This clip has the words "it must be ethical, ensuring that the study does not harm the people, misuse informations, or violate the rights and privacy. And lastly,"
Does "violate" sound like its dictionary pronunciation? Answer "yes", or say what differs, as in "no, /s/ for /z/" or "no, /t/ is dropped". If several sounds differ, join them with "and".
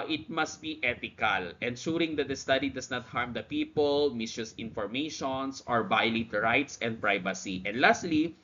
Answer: no, /b/ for /v/